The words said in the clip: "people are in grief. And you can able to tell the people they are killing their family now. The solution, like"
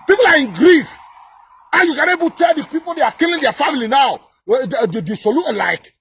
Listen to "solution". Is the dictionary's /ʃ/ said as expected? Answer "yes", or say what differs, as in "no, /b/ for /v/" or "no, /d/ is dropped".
no, /ʃ/ is dropped